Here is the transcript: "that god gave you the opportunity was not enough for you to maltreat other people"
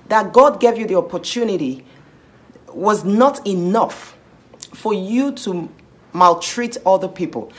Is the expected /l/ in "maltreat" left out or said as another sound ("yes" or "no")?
no